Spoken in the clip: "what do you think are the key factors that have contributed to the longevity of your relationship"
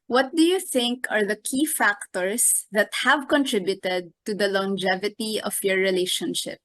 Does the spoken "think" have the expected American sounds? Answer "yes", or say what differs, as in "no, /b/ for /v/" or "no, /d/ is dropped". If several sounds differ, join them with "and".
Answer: yes